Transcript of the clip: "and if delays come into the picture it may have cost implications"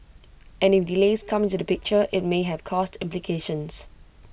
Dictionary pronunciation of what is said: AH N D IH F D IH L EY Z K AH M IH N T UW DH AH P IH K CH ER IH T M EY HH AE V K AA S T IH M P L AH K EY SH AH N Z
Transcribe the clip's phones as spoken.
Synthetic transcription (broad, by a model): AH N IH F D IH L EY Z K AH M IH N T UW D AH P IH K CH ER IH T M EY HH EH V K AA S T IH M P L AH K EY SH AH N S